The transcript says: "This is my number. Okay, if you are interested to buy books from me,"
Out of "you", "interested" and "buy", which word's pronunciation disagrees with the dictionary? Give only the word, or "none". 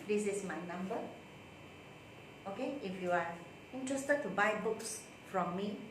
none